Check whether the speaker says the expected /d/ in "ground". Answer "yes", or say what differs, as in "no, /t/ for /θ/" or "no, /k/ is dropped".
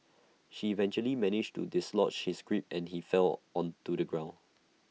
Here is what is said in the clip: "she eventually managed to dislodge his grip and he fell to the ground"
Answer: no, /d/ is dropped